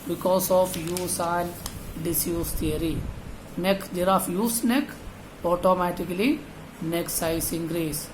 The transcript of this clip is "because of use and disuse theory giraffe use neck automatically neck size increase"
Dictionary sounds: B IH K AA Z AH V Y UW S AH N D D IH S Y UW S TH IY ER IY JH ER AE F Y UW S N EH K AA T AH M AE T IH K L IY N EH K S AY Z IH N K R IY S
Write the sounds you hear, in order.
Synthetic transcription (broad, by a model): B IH K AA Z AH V Y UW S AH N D D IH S Y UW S T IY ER IY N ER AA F Y UW S N EH K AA T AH M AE T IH K L IY N EH K S AY S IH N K R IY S